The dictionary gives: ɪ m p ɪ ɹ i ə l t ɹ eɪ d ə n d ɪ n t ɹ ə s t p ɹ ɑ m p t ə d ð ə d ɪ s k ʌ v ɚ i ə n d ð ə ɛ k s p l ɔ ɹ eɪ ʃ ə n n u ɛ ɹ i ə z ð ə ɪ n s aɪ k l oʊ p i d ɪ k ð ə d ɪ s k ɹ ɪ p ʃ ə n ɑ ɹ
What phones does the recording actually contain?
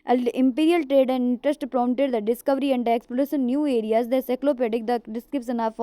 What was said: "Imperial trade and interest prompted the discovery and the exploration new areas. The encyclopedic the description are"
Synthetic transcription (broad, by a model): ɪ m p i ɹ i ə l t ɹ eɪ d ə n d ɪ n t ɹ ə s t p ɹ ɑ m t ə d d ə d ɪ s k ʌ v ɚ i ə n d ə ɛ k s p ɔ l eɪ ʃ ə n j u ɛ ɹ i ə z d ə s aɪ k l oʊ p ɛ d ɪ k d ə d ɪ s k ɹ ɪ p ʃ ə n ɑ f